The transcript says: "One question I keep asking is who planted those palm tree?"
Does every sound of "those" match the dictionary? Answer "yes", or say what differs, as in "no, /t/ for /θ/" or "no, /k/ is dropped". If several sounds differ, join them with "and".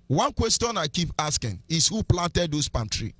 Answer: no, /s/ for /z/